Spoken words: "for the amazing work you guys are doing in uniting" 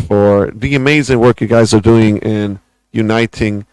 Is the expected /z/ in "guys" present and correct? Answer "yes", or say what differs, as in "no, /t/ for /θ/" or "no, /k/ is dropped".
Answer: yes